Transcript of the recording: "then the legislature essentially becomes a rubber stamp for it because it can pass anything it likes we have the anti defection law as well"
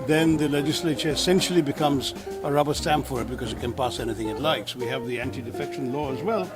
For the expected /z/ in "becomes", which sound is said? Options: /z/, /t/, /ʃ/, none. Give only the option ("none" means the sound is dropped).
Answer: /z/